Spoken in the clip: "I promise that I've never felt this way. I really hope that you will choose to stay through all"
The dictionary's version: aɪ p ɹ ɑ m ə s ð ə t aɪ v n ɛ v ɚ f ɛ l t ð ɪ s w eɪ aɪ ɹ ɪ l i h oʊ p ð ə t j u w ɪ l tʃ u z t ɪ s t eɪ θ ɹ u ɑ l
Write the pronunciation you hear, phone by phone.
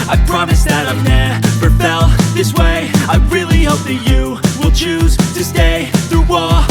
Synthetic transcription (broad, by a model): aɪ p ɹ ɑ m ə s ð ə t aɪ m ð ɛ p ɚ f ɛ l ð ɪ s w eɪ aɪ ɹ ɪ l i h oʊ p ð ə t j u w ɪ l tʃ u z t ɪ s t eɪ θ ɹ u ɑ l